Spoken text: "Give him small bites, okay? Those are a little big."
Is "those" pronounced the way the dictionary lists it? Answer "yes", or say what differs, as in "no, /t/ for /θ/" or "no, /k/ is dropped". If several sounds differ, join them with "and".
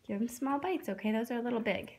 yes